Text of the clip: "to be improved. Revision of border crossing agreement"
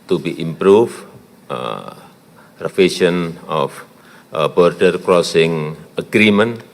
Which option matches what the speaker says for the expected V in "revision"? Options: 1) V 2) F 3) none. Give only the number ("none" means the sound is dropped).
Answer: 2